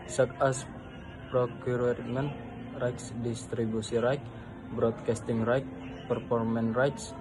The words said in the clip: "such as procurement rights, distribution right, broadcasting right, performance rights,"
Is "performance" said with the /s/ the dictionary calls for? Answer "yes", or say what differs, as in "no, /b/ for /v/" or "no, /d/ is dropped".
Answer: no, /s/ is dropped